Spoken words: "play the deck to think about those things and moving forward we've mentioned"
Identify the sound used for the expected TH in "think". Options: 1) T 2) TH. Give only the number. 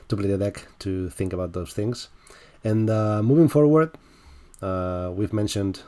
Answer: 2